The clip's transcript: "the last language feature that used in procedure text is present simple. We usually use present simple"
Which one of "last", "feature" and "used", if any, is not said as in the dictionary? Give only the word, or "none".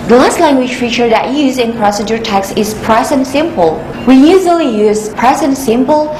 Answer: used